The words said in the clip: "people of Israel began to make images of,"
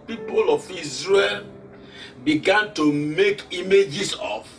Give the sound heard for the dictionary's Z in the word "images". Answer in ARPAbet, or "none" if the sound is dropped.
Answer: S